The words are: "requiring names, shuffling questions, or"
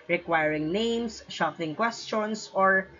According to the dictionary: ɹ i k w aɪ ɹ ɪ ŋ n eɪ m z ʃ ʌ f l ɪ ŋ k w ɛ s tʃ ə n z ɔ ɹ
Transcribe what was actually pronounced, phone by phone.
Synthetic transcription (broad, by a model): ɹ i k w aɪ ɹ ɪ ŋ n eɪ m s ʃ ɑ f ɪ ŋ k w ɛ s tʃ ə n s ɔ ɹ